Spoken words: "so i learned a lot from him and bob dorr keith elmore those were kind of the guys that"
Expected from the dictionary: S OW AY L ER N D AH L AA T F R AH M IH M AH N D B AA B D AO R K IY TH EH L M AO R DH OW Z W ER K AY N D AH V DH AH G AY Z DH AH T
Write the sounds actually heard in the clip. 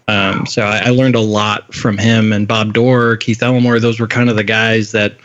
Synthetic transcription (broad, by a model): S OW AY L ER N D AH L AA T F R AH M IH M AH N B AA B D AO R K IY TH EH L M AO R DH OW Z W ER K AY N D AH V DH AH G AY Z DH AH T